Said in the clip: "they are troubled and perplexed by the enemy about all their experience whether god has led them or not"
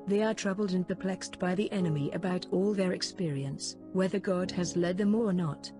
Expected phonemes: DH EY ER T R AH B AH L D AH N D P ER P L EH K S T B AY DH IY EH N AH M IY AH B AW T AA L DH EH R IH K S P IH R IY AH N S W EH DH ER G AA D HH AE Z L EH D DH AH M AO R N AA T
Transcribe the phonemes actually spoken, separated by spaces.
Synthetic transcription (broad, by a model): DH EY ER T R AH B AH L D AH N P ER P L EH K S T B AY DH IY EH N AH M IY AH B AW T AA L DH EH R IH K S P IH R IY AH N S W EH DH ER G AA D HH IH Z L EH D DH AH M AO R N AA T